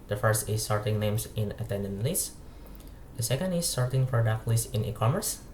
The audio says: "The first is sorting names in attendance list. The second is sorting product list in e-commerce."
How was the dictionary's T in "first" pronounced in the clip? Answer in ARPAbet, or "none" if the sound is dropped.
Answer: T